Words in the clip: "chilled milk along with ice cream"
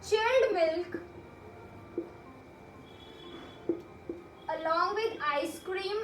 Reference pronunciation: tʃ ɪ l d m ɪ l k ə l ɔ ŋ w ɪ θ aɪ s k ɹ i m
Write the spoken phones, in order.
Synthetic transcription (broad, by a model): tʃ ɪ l d m ɪ l k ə l ɔ ŋ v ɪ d aɪ s k ɹ i m